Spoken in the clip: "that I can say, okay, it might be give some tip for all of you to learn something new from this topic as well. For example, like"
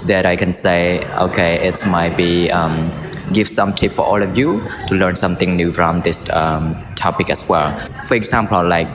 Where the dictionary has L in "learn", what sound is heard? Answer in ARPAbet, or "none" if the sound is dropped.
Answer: L